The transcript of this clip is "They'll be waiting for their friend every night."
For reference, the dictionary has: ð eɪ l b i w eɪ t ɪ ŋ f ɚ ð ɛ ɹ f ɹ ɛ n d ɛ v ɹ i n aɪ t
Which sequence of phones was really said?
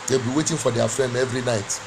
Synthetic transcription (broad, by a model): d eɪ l b i w eɪ t ɪ ŋ f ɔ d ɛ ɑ f ɹ ɛ n d ɛ v ɹ i n aɪ t